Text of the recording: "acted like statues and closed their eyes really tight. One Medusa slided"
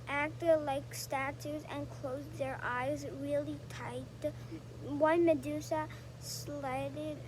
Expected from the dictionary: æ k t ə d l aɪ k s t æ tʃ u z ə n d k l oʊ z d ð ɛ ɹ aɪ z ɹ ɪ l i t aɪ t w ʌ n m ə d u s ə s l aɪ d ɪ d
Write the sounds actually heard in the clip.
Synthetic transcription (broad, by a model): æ k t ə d l aɪ k s t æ tʃ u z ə n k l oʊ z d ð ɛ ɹ aɪ z ɹ ɪ l i t aɪ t w ʌ n m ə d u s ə s l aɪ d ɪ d